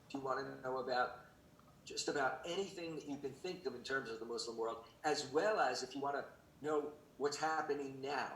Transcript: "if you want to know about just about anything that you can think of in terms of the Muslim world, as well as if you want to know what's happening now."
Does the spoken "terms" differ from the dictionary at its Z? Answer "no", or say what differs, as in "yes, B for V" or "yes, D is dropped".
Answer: no